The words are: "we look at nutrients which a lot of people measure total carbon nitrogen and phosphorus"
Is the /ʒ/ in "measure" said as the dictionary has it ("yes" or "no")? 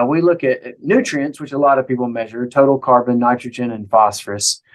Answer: yes